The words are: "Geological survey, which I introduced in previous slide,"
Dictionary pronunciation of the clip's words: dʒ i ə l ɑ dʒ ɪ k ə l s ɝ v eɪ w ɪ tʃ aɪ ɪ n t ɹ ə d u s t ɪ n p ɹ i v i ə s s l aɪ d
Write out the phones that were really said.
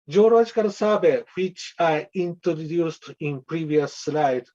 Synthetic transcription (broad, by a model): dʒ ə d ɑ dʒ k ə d s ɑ b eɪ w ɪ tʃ aɪ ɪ n t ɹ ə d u s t ɪ n p ɹ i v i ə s s l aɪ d